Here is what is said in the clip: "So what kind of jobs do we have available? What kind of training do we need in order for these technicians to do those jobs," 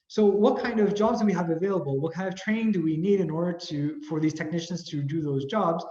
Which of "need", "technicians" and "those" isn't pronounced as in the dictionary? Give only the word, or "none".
none